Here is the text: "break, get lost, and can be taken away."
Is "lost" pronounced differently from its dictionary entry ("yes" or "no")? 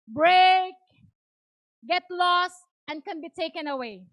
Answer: no